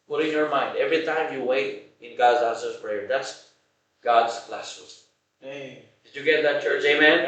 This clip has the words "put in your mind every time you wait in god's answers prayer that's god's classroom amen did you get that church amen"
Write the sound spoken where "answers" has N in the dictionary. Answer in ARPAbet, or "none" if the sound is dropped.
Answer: none